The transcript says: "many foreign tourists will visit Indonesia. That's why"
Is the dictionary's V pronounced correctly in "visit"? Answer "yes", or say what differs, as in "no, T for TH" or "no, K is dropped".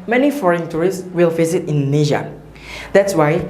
no, F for V